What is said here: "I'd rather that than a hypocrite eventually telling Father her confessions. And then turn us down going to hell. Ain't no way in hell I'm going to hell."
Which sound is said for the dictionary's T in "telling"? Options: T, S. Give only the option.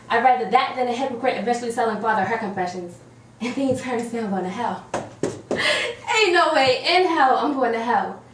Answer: S